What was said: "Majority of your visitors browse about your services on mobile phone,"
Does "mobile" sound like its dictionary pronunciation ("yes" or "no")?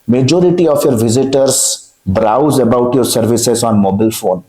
yes